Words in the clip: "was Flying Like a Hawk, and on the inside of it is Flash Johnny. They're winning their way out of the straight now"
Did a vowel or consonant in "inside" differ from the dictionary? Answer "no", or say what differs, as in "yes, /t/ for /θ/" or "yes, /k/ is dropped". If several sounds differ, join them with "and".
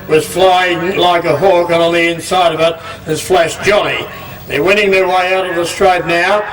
no